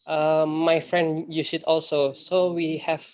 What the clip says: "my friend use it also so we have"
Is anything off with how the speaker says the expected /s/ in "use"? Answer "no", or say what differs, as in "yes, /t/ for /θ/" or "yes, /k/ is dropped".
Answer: yes, /ʃ/ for /s/